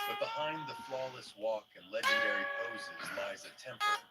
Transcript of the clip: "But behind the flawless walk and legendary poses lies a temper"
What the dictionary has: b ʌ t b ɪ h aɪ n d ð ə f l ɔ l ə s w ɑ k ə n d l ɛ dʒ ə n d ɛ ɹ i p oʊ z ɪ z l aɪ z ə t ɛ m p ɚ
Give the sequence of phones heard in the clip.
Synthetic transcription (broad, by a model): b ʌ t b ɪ h aɪ n ð ə f l ɔ l ə s w ɑ k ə n l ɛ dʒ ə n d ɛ ɹ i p oʊ z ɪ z l aɪ z ə t ɛ m p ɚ